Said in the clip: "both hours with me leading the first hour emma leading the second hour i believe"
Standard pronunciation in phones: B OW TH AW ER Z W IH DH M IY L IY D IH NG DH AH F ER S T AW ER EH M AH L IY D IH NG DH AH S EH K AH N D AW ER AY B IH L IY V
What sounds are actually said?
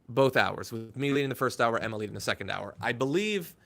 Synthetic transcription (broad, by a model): B OW TH AW ER Z W IH DH M IY L IY D IH NG DH AH F ER S T AW ER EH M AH L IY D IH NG DH AH S EH K N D AW ER AY B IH L IY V